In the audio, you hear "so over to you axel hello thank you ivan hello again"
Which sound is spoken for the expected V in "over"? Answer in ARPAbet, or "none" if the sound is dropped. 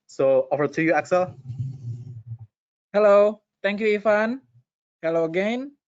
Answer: F